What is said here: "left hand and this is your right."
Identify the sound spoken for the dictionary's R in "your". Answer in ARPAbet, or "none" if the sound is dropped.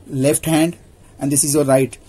L